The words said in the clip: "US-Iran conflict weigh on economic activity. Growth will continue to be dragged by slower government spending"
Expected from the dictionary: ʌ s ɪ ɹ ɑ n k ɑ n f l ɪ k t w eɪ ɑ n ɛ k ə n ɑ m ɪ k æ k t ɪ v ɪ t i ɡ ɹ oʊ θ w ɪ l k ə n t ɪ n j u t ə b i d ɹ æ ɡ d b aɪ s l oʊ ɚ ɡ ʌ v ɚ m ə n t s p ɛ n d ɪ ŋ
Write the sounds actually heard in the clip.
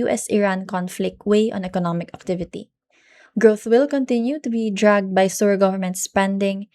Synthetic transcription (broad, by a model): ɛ s ɪ ɹ ɑ n k ɑ n f l ɪ k t w eɪ ɑ n ɛ k ə n ɑ m ɪ k æ k t ɪ v ɪ t i ɡ ɹ oʊ θ w ɪ l k ə n t ɪ n j u t ə b i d ɹ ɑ ɡ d b aɪ s oʊ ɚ ɡ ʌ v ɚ m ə n t s p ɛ n d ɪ ŋ